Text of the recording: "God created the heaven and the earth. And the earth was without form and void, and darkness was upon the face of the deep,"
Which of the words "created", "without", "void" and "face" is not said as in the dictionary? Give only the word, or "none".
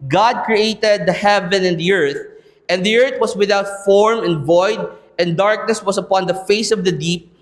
none